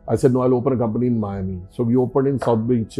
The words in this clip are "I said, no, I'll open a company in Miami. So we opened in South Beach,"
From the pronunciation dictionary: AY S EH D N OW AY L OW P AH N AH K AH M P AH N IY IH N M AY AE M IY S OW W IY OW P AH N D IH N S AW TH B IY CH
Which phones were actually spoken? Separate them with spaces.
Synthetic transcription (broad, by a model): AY S EH D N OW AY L OW P AH N K AH M P AH N IY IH N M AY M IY S OW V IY OW P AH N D IH N S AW T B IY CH